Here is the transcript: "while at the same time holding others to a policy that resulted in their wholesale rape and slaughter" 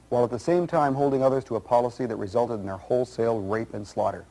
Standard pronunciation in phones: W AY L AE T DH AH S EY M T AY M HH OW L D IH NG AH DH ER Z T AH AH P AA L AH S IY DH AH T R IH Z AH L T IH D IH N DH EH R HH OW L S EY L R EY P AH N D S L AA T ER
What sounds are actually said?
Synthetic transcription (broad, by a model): W AY L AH T DH AH S EY M T AY M HH OW L D IH NG AH DH ER Z T AH AH P AA L AH S IY DH AH T R IH Z AH L T IH D N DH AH R HH OW L S EY L R EY P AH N S L AA T ER